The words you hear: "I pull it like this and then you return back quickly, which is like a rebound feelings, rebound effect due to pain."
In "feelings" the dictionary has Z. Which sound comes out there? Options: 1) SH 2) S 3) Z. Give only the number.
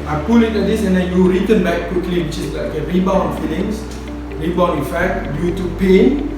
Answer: 2